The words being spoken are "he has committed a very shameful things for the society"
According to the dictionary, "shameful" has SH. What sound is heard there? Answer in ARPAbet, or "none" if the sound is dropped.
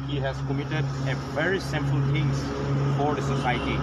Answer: S